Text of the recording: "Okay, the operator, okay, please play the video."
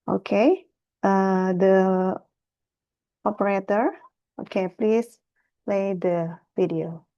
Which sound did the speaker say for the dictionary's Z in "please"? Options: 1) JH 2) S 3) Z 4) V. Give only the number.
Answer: 2